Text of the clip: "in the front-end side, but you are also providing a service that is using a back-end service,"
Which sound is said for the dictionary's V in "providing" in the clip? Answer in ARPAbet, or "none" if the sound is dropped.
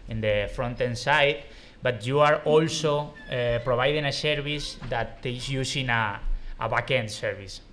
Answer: B